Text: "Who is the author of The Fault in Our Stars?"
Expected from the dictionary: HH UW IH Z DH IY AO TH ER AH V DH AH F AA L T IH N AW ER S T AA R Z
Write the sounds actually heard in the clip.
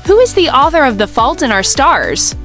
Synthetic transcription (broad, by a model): HH UW IH Z DH IY AO TH ER AH V DH AH F AA L T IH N AW ER S T AA R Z